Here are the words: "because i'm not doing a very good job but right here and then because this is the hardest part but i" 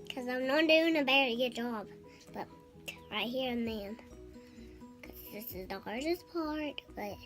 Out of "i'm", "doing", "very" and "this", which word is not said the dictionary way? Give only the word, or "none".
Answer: very